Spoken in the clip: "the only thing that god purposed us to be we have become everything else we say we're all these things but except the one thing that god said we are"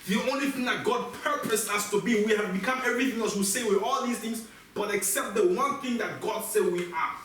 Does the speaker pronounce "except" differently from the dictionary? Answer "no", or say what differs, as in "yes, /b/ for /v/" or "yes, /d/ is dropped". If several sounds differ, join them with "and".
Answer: no